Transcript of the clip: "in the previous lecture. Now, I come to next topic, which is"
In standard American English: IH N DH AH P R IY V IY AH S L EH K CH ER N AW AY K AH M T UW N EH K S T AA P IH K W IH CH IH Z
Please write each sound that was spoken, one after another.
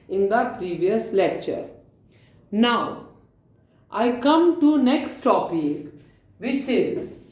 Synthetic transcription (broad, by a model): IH N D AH P R IY V IY AH S L EH K CH ER N AW AY K AH M T UW N EH K S T AA P IH K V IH CH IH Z